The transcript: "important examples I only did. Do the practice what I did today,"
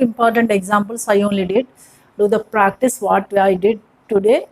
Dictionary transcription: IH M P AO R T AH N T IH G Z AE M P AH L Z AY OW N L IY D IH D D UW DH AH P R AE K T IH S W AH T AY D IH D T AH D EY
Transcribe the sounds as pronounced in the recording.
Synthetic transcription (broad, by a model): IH M P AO R T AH N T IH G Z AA M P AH L S AY OW N L IY D IH D D UW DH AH P R AE K T IH S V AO T AY D IH D T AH D EY